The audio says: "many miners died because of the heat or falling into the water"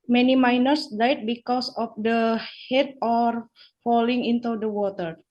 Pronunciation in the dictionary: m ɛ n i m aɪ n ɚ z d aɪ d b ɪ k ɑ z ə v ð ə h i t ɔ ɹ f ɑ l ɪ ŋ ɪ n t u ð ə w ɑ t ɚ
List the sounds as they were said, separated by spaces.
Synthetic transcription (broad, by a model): m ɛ n i m aɪ n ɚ s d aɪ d b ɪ k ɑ s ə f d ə h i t ɔ ɹ f ɑ l ɪ ŋ ɪ n t u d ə w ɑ t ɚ